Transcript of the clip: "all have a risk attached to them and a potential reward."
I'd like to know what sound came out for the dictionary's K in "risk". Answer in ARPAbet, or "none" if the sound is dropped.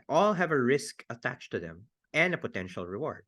K